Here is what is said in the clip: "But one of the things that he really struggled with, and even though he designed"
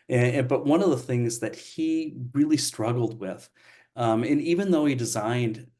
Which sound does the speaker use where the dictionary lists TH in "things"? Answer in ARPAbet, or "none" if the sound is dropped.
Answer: TH